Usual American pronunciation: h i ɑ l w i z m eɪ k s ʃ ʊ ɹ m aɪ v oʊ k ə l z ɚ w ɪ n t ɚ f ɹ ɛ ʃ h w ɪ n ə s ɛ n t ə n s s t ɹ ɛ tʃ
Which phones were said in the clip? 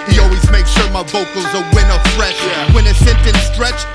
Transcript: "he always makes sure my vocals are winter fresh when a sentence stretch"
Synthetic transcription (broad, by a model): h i ɑ l w i z m eɪ k ʃ ʊ ɹ m aɪ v oʊ k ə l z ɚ w ɪ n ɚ f ɹ ɛ ʃ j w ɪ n ə s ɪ n t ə n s s t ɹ ɛ tʃ